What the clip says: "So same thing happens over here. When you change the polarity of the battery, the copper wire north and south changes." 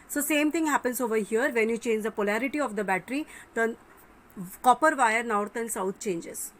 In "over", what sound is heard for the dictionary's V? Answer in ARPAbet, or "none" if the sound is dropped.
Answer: V